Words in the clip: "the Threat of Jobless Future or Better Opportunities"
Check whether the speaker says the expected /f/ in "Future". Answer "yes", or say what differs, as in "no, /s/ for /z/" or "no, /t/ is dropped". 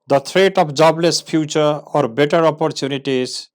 no, /p/ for /f/